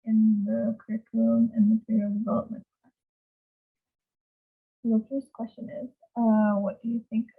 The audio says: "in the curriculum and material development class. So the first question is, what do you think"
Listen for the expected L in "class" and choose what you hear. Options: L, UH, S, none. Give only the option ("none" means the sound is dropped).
none